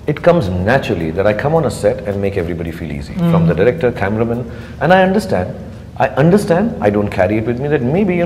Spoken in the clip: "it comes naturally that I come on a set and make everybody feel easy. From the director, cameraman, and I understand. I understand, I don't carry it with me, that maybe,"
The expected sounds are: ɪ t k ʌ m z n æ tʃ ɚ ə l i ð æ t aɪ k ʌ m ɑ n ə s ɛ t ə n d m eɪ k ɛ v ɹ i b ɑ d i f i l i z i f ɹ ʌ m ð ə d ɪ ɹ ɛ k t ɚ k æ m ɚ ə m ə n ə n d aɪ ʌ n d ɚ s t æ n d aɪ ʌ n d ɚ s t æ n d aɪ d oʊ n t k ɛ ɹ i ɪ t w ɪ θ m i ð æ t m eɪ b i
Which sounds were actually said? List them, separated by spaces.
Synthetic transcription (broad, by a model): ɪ t k ʌ m z n æ tʃ ɚ ə l i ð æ t aɪ k ʌ m ɑ n ə s ɛ t ə n d m eɪ k ɛ v ɹ i b ɑ d i f i l i z i f ɹ ʌ m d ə d ɪ ɹ ɛ k t ɚ k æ m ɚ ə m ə n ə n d aɪ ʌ n d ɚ s t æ n d aɪ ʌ n d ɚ s t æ n d aɪ d oʊ n t k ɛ ɹ i ɪ t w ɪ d m i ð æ t m eɪ b i